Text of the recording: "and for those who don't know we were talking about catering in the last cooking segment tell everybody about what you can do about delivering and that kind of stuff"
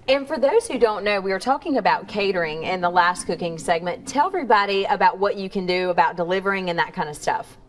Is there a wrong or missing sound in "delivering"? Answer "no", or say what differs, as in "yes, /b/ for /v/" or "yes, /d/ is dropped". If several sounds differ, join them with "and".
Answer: no